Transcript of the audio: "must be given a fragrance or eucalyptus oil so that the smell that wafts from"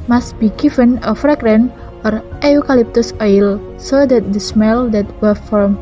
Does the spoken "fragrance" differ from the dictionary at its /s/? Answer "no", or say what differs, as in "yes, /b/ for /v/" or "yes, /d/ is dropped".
yes, /s/ is dropped